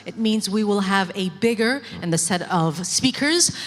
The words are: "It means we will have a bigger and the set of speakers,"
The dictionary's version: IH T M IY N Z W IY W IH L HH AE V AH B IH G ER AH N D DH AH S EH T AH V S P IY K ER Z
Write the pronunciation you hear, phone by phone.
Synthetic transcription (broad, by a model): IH T M IY N Z W IY W IH L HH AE V AH B IH G ER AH N DH AH S EH T AH V S P IY K ER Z